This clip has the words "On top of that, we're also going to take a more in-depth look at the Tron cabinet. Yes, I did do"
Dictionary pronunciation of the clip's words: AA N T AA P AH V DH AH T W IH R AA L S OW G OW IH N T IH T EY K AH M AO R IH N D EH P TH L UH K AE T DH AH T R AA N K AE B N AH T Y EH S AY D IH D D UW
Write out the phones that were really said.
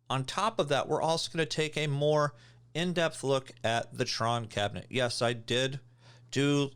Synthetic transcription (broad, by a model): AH N T AA P AH V DH AH T W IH R AA L S OW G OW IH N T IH T EY K AH M AO R IH N D EH P TH L UH K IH T DH AH T R AA N K AE B N AH T Y EH S AY D IH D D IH